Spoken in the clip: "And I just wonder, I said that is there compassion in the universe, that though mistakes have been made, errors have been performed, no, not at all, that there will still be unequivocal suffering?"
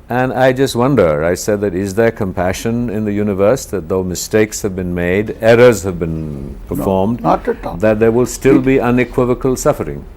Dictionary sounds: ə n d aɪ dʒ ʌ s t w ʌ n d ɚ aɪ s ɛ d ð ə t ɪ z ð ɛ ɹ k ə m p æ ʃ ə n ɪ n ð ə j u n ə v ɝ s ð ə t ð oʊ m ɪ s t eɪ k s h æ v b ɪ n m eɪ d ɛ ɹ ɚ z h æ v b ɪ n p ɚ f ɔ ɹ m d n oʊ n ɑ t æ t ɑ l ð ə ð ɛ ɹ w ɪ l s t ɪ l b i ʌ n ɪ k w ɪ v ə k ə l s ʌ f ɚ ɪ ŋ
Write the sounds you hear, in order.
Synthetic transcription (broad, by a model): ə n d aɪ dʒ ʌ s t w ʌ n d ɚ aɪ s ɛ d ð ə t ɪ z ð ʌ ɹ k ə m p æ ʃ ə n ɪ n ð ə j u n ə v ɝ s ð ə t ð oʊ m ɪ s t eɪ k s h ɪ v b ɪ n m eɪ d ɛ ɹ ɚ z h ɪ v b ɪ n p ɚ f ɔ ɹ m d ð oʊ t t ð ə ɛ ɹ w ɪ l s t ɪ l b i ʌ n ɪ k w ɪ v ə k ə l s ʌ f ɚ ɪ ŋ